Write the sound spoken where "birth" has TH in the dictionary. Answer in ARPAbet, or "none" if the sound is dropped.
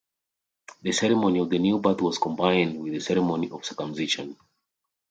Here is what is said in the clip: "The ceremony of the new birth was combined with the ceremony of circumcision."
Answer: T